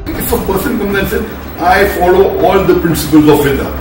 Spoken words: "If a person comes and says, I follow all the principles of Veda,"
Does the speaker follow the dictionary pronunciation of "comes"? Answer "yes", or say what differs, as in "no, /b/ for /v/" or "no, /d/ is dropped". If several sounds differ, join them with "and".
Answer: no, /z/ is dropped